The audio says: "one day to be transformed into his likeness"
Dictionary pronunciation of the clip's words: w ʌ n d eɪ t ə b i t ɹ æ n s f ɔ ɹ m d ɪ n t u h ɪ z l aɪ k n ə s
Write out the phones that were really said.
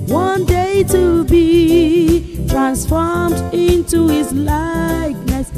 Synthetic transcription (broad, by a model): w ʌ n d eɪ t ə b i t ɹ æ n s f ɔ ɹ m d ɪ n t u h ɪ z l aɪ k n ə s